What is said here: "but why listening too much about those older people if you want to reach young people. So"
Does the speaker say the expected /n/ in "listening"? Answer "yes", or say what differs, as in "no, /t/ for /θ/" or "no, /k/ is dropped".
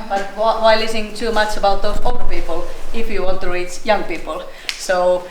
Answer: no, /n/ is dropped